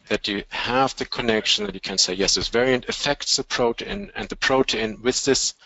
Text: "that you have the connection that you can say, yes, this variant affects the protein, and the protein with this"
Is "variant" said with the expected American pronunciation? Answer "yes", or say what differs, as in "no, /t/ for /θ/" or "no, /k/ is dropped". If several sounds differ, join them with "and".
yes